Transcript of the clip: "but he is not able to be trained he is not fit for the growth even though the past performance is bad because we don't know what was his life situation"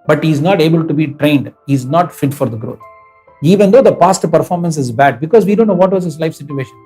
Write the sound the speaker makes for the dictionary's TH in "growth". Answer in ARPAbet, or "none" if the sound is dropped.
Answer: T